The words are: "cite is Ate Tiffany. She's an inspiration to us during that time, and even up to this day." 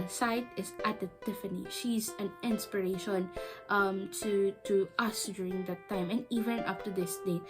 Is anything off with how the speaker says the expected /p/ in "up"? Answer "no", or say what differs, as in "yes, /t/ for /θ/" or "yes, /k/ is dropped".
yes, /f/ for /p/